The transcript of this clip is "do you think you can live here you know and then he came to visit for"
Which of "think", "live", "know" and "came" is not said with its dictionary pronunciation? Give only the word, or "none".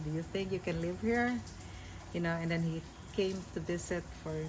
none